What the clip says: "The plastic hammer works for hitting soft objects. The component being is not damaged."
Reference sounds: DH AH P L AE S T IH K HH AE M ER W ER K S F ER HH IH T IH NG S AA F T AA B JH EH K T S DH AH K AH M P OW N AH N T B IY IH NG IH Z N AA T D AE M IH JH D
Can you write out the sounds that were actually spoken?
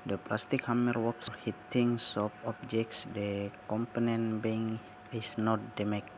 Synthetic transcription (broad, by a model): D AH P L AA S T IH K HH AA M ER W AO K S HH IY T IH NG S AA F AA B JH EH K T S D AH K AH M P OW N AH N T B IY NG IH S N AA T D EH M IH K